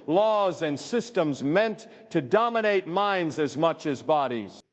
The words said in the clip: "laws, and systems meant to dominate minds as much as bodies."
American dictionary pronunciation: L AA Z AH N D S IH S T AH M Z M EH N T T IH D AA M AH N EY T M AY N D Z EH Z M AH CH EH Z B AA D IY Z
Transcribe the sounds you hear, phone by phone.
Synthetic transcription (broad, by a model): L AA Z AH N S IH S T AH M Z M EH N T T IH D AA M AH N EY T M AY N D Z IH Z M AH CH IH Z B AA D IY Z